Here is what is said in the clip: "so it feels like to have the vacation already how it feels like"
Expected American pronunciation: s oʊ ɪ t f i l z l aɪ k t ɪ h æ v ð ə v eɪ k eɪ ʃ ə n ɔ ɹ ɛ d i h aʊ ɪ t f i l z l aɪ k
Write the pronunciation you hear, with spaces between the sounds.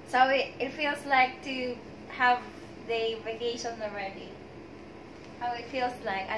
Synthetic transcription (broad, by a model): s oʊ ɪ t f i l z l aɪ k t ɪ h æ v ð ə v eɪ k eɪ ʃ ə n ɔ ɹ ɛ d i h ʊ ɪ t f i l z l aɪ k